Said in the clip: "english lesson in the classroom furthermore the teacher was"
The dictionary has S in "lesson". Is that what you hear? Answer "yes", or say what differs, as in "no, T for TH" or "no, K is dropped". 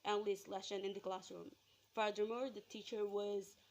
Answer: no, SH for S